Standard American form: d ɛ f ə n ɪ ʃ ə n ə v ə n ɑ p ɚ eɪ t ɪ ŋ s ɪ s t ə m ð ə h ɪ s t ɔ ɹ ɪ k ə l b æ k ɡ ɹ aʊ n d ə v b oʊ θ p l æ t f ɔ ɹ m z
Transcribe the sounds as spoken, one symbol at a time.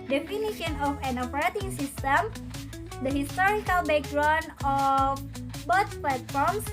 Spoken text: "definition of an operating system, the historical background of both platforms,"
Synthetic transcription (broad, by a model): d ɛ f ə n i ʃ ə n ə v ə n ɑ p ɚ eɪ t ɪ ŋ s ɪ s t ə m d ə h ɪ s t ɔ ɹ ɪ k ə l b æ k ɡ ɹ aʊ n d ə f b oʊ s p l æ t f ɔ ɹ m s